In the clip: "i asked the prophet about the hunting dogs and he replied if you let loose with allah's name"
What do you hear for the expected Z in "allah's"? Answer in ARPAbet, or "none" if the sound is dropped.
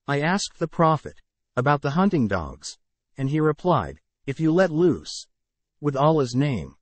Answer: Z